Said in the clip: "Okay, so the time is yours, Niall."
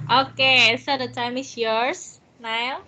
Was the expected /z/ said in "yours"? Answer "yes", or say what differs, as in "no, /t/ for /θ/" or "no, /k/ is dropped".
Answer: no, /s/ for /z/